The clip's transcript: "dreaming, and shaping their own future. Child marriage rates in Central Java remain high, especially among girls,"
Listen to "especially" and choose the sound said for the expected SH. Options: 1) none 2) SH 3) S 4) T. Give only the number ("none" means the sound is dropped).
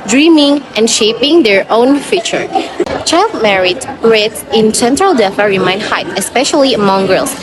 2